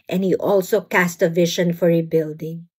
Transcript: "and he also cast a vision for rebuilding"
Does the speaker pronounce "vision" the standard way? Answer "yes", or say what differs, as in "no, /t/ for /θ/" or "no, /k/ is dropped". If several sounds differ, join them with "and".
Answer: no, /ʃ/ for /ʒ/